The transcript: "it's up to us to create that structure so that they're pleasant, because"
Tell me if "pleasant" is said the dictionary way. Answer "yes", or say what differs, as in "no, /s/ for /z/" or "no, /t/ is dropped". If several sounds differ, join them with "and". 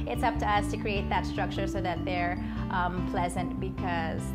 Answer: yes